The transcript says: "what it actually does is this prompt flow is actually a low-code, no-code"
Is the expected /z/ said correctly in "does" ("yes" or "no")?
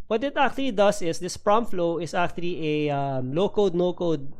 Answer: no